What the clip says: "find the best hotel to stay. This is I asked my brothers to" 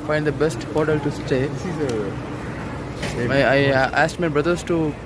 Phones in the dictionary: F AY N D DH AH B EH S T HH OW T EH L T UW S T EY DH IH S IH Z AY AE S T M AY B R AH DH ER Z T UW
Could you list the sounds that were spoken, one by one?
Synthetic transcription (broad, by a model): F AY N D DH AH B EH S T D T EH L T UW S T EY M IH IH AY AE S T M AY B R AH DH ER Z T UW